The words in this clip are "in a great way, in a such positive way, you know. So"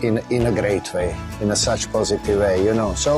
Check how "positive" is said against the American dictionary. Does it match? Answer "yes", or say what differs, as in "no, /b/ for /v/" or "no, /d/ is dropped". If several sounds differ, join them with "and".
yes